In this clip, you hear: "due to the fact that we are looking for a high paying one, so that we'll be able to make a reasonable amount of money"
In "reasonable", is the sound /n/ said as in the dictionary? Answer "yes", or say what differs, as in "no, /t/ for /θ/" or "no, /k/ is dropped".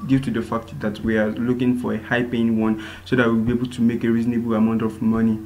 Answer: yes